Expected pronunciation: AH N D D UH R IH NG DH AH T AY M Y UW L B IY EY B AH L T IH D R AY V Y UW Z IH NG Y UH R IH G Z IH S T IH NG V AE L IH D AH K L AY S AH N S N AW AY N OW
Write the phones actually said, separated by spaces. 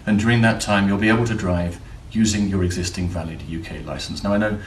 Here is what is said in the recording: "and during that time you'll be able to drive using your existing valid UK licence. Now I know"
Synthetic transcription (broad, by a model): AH N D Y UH R IH NG DH AH T AY M Y UW L B IY EY B AH L T IH D R AY V Y UW Z IH NG Y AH R IH G Z IH S T IH NG V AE L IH D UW K L AY S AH N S N AW AY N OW